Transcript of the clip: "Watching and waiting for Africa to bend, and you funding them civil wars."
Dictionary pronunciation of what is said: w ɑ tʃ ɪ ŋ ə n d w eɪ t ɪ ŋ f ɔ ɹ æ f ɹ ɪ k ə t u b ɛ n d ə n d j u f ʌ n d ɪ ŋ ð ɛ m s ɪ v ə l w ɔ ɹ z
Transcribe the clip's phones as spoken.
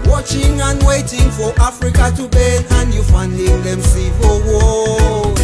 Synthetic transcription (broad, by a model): w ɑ tʃ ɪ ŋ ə n w eɪ t ɪ ŋ f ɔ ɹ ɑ f ɹ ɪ k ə t u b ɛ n ə n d j u f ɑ n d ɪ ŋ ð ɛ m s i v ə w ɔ